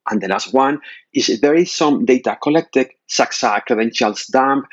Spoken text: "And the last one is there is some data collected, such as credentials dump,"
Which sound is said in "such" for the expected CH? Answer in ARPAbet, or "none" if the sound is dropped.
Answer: S